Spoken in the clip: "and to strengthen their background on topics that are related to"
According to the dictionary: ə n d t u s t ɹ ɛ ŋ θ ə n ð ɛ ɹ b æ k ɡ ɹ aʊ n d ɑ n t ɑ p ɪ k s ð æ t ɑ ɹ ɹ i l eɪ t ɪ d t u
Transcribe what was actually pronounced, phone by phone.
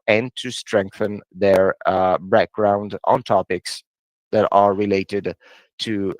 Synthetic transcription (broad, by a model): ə n t u s t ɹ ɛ ŋ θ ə n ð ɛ ɹ b æ k ɡ ɹ aʊ n d ɑ n t ɑ p ɪ k s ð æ t ɑ ɹ ɹ i l eɪ t ɪ d t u